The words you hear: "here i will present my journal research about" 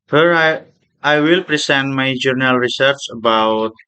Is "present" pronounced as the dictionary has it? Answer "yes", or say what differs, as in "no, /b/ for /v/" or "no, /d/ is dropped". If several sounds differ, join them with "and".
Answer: no, /s/ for /z/